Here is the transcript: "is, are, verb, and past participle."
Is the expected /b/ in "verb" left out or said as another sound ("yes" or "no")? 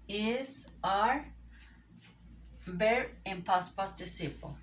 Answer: yes